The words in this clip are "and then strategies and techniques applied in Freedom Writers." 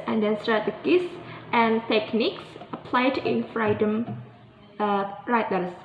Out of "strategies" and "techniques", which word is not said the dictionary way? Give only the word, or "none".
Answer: strategies